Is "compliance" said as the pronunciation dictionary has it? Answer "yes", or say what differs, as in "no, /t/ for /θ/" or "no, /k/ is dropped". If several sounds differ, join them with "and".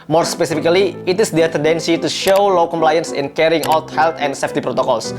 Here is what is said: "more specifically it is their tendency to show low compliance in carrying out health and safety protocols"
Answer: yes